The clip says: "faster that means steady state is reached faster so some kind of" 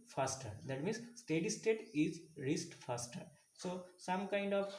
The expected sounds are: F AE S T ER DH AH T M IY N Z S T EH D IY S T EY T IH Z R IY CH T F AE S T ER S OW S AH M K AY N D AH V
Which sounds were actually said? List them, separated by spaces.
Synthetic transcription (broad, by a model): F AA S T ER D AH T M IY N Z S T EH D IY S T EY T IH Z R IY S T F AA S T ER S OW S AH M K AY N D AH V